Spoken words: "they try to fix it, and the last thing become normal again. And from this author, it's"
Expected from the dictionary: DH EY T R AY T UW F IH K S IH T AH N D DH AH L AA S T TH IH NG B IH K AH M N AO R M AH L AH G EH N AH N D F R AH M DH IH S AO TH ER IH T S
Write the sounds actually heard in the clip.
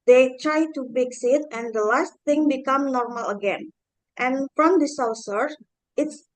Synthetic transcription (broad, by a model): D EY T R AY T UW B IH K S IH T AH N D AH L AA S T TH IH NG B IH K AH M N AO R M AH L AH G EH N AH N F R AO M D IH S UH S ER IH T S